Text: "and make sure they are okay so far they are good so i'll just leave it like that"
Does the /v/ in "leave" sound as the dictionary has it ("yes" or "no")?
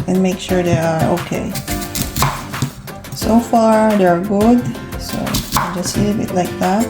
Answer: no